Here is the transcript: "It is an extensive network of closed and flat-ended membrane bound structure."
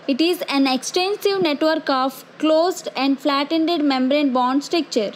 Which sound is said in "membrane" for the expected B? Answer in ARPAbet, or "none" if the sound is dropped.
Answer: B